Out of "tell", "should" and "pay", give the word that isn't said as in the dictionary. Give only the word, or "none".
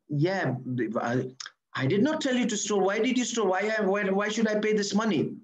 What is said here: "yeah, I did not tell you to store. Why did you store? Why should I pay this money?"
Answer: none